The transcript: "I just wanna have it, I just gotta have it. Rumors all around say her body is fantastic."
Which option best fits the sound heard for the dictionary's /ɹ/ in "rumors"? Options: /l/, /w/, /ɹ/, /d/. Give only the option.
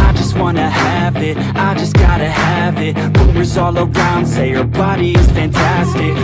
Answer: /w/